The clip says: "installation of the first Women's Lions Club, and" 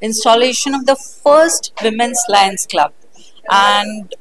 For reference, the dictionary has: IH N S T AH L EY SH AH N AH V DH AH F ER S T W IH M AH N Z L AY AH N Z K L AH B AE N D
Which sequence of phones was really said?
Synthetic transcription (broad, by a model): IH N S T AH L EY SH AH N AH V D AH F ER S T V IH M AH N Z L AY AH N S K L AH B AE N D